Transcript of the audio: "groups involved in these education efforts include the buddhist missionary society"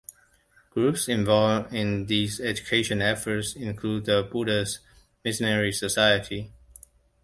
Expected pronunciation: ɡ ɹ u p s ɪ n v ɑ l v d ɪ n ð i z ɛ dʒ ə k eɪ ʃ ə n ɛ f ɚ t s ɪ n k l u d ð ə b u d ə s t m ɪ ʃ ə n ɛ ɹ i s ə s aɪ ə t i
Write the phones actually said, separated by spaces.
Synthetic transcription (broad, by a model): ɡ ɹ u p s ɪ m v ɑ l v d ɪ n ð i z ɛ dʒ ə k eɪ ʃ ə n ɛ f ɚ t s ɪ n k l u d ð ə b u d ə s m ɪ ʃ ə n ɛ ɹ i s ə s aɪ ə t i